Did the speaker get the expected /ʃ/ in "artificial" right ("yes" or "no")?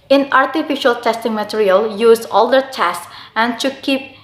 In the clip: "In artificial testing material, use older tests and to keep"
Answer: yes